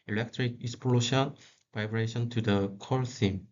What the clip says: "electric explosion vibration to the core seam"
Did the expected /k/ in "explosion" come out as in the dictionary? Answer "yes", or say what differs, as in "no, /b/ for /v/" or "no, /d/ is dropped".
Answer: no, /k/ is dropped